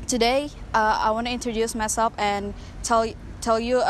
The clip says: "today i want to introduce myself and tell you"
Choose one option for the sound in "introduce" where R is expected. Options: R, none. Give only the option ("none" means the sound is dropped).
R